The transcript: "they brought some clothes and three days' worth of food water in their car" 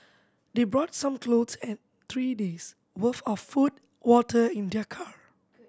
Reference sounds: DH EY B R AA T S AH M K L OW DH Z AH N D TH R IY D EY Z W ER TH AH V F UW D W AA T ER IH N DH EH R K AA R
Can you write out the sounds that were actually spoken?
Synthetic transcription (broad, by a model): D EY B R AA T S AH M K L OW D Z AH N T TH R IY D EY S W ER F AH F F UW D W AA T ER IH N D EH K AA R